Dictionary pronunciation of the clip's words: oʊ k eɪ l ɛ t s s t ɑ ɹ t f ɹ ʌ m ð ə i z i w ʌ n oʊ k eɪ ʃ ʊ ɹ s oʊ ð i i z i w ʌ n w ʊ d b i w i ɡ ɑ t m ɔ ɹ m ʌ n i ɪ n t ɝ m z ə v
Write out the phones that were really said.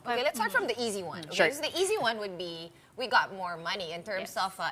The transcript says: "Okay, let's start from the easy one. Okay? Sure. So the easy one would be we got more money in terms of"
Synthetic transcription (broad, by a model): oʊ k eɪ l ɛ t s s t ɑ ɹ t f ɹ ʌ m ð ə i z i w ʌ n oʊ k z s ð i i z i w ʌ n w ʊ d b i w i ɡ ɑ t m ɔ ɹ m ʌ n i ɪ n t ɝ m s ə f